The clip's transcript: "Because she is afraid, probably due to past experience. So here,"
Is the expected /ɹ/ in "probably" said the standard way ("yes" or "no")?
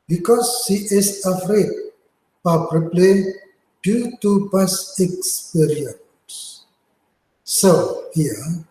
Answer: no